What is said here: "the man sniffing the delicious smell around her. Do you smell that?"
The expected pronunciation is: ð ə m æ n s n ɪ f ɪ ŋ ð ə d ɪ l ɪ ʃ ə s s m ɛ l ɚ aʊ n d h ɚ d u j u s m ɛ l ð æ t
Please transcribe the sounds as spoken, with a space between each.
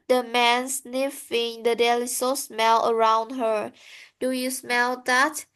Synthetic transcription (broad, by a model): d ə m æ n s n ɪ f ɪ ŋ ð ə d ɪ l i s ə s s m ɛ l ɚ aʊ n d h ɚ d u j u s m ɛ l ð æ t